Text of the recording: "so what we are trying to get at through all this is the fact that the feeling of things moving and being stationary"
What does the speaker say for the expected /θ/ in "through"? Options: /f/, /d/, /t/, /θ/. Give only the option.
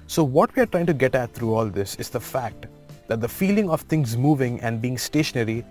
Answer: /t/